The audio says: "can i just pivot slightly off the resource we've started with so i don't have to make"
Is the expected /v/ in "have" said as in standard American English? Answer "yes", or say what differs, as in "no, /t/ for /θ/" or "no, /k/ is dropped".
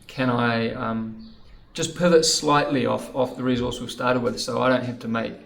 no, /f/ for /v/